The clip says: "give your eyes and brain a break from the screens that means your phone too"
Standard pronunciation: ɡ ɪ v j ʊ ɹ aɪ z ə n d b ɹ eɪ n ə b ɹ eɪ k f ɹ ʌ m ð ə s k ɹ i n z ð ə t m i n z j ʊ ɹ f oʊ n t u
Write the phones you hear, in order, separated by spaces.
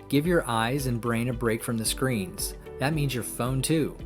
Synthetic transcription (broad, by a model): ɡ ɪ v j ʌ ɹ aɪ z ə n b ɹ eɪ n ə b ɹ eɪ k f ɹ ʌ m ð ə s k ɹ i n z ð ə t m i n z j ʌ ɹ f oʊ n t u